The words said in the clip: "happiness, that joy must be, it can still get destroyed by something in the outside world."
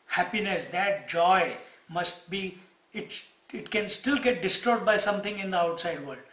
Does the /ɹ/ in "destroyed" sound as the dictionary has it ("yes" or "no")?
no